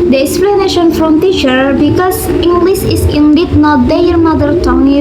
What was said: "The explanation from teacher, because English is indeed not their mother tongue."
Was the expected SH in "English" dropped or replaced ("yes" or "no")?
yes